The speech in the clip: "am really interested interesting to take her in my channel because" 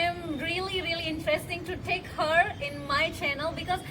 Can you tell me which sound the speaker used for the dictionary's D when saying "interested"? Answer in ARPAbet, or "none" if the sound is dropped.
none